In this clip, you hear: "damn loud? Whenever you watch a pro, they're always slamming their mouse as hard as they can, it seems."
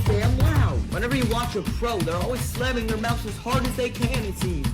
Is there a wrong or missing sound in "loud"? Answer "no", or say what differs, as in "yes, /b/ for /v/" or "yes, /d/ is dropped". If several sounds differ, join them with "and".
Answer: yes, /w/ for /l/